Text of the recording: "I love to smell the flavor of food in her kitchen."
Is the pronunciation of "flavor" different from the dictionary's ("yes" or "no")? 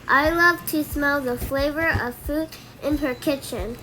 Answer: no